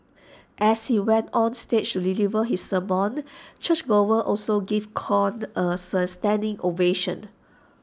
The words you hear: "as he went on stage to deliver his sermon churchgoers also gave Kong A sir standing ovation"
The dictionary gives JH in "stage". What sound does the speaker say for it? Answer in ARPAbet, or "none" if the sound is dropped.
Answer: CH